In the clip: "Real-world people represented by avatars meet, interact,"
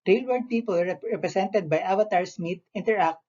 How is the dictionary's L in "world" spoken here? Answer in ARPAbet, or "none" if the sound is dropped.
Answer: none